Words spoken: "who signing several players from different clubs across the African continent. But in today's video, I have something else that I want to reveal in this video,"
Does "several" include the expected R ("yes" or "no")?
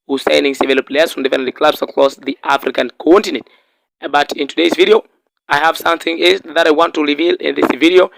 no